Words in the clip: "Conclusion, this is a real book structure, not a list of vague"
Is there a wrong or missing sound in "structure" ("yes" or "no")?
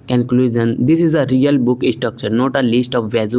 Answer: yes